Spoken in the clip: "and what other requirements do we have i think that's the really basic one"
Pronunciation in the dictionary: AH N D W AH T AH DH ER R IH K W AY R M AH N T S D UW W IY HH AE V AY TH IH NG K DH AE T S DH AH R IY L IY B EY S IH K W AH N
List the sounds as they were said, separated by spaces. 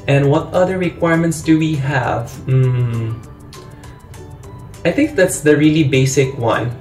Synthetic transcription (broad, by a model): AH N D W AH T AH DH ER R IH K W AY R M AH N T S D UW W IY HH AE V AY TH IH NG K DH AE T S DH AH R IY L IY B EY S IH K W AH N